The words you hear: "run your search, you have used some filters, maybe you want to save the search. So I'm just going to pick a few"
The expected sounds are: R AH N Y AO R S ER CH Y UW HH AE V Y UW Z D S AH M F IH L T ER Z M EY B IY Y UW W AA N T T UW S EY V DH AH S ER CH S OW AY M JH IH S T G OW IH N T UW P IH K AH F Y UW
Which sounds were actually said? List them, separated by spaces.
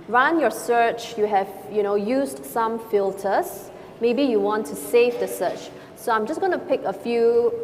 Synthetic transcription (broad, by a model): R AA N Y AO S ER CH Y UW HH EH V Y UW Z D S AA M F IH L T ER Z M EY B IY Y UW W AA N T T UW S EY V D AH S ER CH S OW AY M JH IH S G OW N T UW P IH K AH F Y UW